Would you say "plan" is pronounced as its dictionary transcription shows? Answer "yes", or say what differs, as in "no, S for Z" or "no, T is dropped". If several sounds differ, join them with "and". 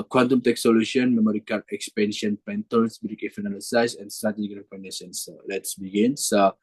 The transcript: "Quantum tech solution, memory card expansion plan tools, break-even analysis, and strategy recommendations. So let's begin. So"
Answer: no, L is dropped